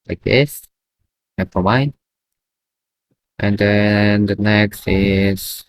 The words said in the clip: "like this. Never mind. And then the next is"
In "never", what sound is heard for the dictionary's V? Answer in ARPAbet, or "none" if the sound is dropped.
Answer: F